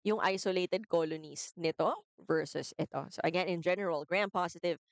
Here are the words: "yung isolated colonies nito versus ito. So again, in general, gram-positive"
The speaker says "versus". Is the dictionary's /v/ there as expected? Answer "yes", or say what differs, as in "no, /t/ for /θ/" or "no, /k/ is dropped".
yes